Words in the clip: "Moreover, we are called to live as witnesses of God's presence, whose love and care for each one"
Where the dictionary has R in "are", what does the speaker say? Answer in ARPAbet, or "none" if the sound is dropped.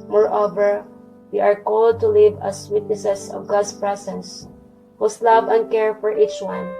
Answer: R